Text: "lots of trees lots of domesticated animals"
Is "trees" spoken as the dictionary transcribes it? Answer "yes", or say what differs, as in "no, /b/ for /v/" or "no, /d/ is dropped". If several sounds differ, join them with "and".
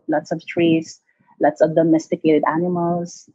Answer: no, /s/ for /z/